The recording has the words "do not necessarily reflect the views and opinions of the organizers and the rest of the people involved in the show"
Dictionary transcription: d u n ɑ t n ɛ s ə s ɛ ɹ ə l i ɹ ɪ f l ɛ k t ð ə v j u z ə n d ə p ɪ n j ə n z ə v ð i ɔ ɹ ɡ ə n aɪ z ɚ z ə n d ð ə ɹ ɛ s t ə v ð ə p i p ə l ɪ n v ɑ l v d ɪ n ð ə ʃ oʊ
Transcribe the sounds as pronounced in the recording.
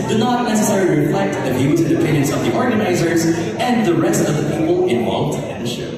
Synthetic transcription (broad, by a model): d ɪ n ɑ t n ɛ s ə s ɛ ɹ ə l i ɹ ɪ f l ɛ k t ð ə v j u z ə n d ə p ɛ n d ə n s ə v ð i ɔ ɹ ɡ ə n aɪ z ɚ z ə n ð ə ɹ ɛ s t ə v ð ə p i p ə l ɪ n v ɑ l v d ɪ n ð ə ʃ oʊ